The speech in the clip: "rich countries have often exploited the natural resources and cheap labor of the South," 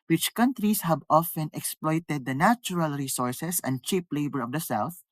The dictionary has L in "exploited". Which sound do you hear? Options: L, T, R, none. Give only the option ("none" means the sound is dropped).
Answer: L